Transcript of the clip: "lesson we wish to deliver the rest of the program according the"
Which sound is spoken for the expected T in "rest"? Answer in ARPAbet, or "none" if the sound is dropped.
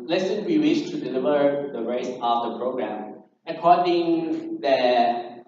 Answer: none